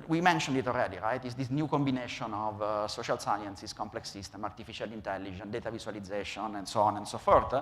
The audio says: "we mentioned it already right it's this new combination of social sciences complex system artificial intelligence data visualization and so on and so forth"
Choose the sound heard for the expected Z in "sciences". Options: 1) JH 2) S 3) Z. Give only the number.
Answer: 2